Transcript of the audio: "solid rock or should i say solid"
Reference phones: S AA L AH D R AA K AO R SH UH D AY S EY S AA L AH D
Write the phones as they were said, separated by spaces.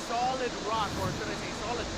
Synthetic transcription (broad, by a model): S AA L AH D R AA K AO R S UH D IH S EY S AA L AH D